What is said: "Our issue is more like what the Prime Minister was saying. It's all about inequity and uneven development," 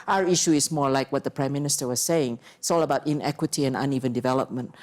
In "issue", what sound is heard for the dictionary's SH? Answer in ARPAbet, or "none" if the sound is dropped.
SH